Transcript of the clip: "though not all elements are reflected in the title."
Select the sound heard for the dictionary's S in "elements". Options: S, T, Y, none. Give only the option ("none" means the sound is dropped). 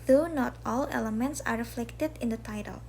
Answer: S